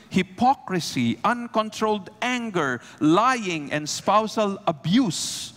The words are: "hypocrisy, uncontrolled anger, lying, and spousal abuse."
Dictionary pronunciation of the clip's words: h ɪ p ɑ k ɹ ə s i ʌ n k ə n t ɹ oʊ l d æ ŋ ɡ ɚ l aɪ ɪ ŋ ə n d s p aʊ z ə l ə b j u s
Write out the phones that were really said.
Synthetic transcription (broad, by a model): h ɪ p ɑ k ɹ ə s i ʌ n k ə n t ɹ oʊ l d æ ŋ ɡ ɚ l aɪ ɪ ŋ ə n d s p aʊ s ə l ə b j u s